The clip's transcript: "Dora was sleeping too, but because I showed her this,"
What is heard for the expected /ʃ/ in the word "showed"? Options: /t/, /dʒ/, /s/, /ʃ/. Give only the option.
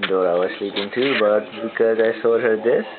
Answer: /s/